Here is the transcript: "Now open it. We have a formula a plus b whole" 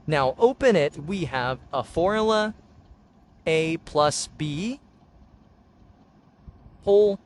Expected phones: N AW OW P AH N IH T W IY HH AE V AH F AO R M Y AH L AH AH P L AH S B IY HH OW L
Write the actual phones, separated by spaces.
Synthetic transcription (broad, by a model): N AW OW P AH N IH T W IY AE V AH F AO R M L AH AH AH P L AH S B IY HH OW L